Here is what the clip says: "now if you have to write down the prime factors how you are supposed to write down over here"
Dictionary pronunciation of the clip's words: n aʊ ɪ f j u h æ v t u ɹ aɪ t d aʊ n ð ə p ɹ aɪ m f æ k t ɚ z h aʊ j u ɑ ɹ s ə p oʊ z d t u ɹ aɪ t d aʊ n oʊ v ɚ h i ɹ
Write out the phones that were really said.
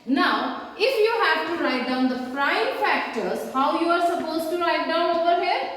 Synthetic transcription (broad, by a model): n aʊ ɪ f j u h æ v t u ɹ aɪ t d aʊ n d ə f ɹ aɪ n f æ k t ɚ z h aʊ j u ɑ ɹ s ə p oʊ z t u ɹ aɪ t d aʊ n oʊ v ɚ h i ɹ